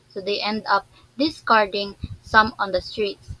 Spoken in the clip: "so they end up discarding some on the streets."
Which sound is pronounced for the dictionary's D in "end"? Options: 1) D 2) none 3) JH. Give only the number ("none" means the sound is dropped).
1